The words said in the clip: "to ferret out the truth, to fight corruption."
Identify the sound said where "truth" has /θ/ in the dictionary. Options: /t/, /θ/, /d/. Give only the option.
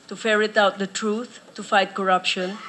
/t/